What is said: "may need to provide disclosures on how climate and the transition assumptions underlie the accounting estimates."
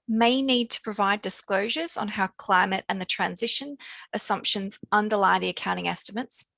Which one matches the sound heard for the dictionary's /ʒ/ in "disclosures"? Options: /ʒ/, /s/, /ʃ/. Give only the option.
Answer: /ʒ/